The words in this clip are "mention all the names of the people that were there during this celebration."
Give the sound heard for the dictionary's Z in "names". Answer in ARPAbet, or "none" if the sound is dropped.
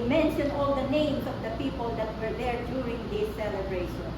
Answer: S